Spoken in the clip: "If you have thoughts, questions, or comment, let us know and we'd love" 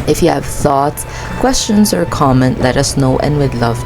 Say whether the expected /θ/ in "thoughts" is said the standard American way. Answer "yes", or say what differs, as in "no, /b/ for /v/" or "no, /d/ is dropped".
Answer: yes